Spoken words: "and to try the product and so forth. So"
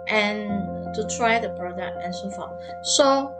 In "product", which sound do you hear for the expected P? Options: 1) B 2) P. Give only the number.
1